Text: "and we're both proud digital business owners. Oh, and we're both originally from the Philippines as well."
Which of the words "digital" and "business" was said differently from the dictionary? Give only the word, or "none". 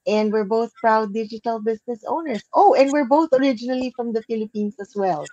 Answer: business